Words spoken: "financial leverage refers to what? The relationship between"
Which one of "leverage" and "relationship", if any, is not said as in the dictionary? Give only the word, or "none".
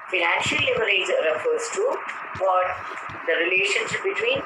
leverage